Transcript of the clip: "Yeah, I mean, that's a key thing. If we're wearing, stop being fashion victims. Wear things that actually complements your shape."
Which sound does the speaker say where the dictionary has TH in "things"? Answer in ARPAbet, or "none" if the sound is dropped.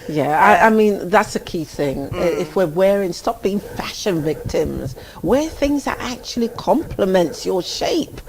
TH